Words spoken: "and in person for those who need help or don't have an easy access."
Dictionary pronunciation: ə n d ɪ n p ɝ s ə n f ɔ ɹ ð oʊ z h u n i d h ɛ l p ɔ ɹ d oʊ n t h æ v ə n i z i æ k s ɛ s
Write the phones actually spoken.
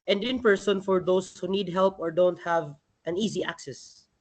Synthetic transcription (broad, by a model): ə n d ɪ n p ɝ s ə n f ɔ ɹ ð oʊ s h u n i d h ɛ l p ɔ ɹ d oʊ n t h æ v ə n i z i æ k s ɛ s